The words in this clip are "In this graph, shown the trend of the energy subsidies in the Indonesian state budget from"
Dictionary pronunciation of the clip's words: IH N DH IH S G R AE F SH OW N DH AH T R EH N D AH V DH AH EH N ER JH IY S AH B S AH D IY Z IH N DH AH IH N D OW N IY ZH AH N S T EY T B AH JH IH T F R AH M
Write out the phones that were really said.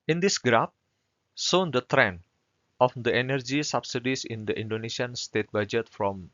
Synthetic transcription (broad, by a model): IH N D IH S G R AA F S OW N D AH T R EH N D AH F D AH EH N ER JH IY S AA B S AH D IY S IH N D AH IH N D OW N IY SH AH N S T EY T B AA JH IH T F R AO M